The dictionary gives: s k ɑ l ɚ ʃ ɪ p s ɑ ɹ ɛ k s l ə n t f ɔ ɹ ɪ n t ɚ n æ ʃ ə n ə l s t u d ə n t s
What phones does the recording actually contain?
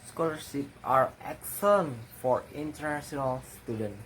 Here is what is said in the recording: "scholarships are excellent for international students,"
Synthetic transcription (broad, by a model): s k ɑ l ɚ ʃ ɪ p ɑ ɹ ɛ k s ə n f ɔ ɹ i n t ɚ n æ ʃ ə n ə l s t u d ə n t